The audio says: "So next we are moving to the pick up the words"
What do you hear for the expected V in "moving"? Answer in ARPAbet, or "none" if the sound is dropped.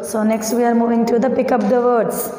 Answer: V